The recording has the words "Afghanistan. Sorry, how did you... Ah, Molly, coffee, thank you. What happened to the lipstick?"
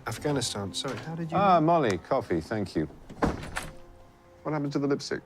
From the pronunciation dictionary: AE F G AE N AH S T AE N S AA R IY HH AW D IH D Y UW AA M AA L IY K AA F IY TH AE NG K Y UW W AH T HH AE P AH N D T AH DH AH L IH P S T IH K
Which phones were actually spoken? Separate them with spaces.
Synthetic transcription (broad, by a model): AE F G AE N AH S T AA N S AA R IY HH AW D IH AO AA M AA L IY K AA F IY TH AE NG K Y UW W AH T HH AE P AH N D T AH DH AH L IH P S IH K